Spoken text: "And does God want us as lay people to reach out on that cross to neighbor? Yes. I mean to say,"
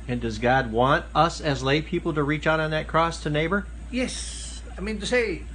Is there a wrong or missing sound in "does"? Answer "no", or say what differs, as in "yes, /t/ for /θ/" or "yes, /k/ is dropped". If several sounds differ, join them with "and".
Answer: no